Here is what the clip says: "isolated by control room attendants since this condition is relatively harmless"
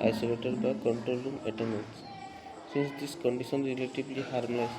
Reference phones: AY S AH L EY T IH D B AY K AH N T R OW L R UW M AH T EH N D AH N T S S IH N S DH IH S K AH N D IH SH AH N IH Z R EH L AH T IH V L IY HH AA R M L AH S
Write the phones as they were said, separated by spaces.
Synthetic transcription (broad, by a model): AY S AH L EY T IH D B AY K AH N T R OW L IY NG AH T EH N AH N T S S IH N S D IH S K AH N D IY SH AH N R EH L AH T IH B L IY HH AA R M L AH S